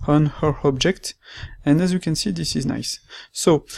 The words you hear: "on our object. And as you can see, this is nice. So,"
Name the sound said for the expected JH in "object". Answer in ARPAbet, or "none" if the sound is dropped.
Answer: JH